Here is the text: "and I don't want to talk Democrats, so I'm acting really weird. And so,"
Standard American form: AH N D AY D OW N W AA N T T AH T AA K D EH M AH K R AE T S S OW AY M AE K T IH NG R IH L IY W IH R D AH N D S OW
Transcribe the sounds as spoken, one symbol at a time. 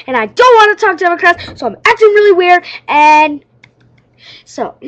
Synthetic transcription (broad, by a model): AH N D AY D OW N W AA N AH T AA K D EH M AH K R AE T S S OW AY M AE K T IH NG R IH L IY W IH R AH N S OW